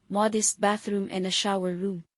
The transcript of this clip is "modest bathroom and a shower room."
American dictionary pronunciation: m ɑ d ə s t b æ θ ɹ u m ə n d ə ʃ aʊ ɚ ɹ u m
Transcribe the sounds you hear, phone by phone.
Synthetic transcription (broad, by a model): m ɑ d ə s t b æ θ ɹ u m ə n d ə ʃ aʊ ɚ ɹ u m